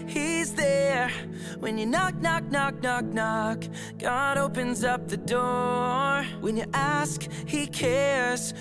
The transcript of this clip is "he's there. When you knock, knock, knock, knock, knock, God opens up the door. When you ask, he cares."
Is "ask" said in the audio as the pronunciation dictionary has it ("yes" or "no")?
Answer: yes